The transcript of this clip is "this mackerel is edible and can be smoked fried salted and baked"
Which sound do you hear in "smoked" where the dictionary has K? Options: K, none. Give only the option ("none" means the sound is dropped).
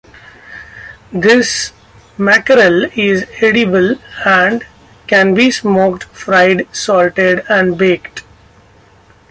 K